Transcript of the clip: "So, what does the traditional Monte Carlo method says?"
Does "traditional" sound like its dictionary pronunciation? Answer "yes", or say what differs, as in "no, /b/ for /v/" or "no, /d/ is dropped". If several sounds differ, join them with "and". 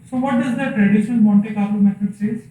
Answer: no, /n/ is dropped